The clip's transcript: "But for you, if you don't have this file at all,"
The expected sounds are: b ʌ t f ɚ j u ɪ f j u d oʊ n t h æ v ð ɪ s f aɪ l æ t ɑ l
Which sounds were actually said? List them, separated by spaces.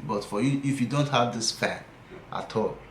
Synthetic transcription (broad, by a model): b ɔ t f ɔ j u ɪ f j u d oʊ n t h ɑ v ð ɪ s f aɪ n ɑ t ɑ l